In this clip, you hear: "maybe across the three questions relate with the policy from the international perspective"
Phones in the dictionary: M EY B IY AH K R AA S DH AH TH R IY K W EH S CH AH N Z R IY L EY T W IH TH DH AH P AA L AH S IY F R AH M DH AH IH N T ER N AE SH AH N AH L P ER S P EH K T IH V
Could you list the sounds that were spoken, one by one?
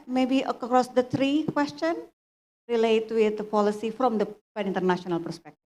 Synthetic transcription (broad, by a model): M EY B IY AH K R AA S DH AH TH R IY K W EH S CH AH N R IY L EY T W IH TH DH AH P AA L AH S IY F R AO M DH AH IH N T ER N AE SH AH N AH L P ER S P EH K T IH